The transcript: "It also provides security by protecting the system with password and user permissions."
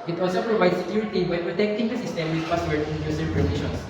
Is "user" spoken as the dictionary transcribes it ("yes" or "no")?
no